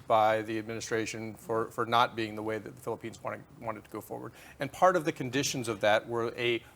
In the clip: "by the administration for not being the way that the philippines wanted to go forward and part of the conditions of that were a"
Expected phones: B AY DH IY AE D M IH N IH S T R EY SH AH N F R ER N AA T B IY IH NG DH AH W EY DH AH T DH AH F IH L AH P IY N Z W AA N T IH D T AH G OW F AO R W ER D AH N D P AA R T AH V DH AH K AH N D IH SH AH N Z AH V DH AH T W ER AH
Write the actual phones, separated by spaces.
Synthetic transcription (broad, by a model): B AY DH IY AE D M IH N IH S T R EY SH AH N F R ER N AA T B IY IH NG DH AH W EY DH AH T DH AH F IH L AH P IY N Z W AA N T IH D T AH G OW F AO R W ER D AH N P AA R T AH V DH AH K AH N D IH SH AH N Z AH V DH AH T W ER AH